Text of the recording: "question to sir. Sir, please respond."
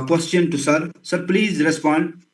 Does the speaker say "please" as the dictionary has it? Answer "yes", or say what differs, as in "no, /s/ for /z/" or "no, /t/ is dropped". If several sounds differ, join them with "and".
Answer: yes